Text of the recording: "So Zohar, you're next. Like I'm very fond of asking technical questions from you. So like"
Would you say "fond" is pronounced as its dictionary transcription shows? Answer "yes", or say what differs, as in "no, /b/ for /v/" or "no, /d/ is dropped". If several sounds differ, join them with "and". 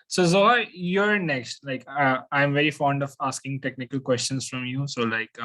yes